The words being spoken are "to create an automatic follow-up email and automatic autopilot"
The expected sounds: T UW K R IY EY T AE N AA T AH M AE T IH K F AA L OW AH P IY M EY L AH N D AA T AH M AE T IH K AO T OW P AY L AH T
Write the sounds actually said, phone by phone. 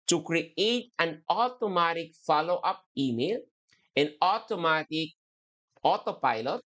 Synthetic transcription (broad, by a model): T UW K R IY EY T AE N AA T AH M AE T IH K F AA L OW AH P IY M EY L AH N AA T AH M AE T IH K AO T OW P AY L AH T